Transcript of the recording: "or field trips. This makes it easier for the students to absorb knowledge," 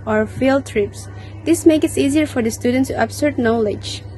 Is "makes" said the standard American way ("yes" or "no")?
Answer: no